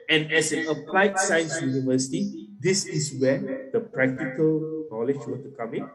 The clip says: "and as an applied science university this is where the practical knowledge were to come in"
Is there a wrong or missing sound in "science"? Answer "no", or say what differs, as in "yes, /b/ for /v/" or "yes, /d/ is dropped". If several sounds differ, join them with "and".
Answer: no